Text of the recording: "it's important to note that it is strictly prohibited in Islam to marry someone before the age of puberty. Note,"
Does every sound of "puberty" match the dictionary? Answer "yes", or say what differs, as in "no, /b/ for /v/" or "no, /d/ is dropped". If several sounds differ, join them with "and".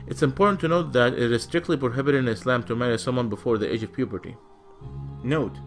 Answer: yes